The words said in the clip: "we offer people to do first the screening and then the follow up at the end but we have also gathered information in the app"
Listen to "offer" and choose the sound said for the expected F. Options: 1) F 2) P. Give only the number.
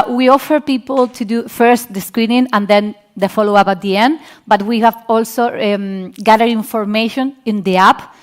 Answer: 1